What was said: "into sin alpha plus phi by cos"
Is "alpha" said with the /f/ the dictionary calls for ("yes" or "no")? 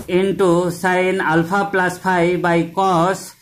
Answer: no